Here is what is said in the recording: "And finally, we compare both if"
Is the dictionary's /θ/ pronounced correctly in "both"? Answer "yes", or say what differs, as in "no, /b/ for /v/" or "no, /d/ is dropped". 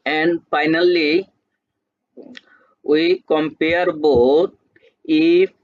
no, /t/ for /θ/